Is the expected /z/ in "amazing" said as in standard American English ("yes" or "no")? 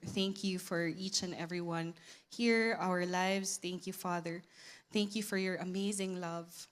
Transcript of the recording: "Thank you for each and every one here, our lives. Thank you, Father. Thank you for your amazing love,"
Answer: yes